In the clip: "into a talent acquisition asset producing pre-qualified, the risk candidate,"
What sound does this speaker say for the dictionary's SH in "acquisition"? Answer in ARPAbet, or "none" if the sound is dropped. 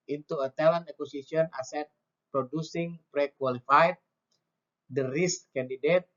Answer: none